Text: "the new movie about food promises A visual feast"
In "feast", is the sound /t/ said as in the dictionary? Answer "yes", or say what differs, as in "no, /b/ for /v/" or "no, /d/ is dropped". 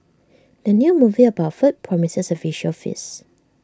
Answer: no, /t/ is dropped